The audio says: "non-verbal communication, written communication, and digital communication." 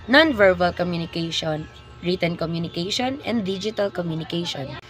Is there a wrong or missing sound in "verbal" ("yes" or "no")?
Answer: no